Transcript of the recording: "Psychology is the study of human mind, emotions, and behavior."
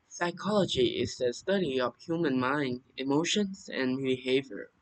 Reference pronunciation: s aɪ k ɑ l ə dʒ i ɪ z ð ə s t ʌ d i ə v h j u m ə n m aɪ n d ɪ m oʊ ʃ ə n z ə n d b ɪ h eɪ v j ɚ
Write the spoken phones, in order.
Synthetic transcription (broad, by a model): s aɪ k ɑ l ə dʒ i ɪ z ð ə s t ʌ d i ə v h j u m ə n m aɪ n d ɪ m oʊ ʃ ə n z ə n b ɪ h eɪ v j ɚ